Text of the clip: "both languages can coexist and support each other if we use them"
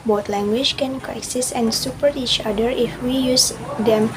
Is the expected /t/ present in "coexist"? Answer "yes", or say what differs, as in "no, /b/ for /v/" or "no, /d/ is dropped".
no, /t/ is dropped